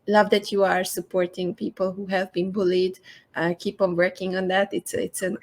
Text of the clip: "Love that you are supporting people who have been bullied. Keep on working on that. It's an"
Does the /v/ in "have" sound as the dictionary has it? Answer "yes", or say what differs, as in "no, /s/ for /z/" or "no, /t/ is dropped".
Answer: yes